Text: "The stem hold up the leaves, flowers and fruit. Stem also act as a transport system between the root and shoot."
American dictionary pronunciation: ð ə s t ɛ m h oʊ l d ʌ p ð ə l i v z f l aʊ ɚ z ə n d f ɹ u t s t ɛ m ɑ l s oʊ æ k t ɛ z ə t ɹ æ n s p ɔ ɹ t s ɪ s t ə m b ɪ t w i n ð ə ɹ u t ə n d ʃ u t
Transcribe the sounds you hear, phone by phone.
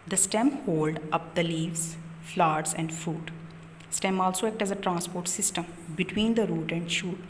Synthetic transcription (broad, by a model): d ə s t ɛ m h oʊ l d ʌ p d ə l i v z f l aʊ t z ə n d f ɹ u t s t ɛ m ɑ l s oʊ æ k t ɛ z ə t ɹ æ n s p ɔ ɹ t s ɪ s t ə m b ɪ t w i n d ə ɹ u t ə n d ʃ u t